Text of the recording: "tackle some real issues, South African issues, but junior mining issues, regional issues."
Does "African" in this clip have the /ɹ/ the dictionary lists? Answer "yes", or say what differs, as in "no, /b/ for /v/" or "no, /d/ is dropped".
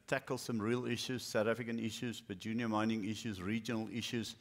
no, /ɹ/ is dropped